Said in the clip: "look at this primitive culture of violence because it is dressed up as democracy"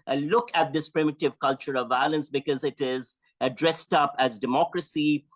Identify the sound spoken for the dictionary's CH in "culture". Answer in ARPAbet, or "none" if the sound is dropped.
CH